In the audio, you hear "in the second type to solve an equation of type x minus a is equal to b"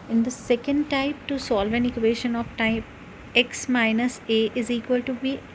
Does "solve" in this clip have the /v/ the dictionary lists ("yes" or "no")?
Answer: yes